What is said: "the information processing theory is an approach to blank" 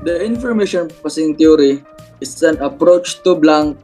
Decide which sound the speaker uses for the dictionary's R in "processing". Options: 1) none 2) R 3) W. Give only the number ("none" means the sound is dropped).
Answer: 1